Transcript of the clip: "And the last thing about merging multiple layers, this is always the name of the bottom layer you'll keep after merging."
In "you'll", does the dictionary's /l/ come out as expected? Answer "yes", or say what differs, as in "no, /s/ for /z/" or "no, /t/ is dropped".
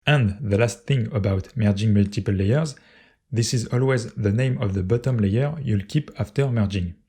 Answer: yes